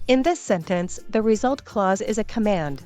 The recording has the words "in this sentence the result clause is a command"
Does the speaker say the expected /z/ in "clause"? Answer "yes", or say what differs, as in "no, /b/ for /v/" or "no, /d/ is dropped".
yes